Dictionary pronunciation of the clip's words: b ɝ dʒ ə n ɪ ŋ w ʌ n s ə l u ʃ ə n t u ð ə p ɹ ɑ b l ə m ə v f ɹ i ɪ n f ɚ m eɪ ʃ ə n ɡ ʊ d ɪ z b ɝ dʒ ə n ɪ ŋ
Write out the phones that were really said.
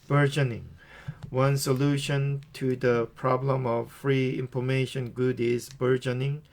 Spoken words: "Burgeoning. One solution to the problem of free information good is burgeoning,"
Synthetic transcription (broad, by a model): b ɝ dʒ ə n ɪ ŋ w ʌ n s ə l u ʃ ə n t u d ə p ɹ ɑ b l ə m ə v f ɹ i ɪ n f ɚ m eɪ ʃ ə n ɡ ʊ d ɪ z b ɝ dʒ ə n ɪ ŋ